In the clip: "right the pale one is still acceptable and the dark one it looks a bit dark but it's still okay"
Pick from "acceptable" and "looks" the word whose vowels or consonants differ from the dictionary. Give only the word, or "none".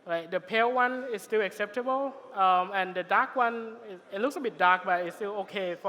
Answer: none